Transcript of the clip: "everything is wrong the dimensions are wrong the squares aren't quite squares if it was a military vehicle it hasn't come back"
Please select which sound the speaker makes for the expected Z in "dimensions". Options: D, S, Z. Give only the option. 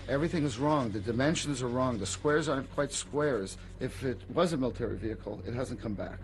Z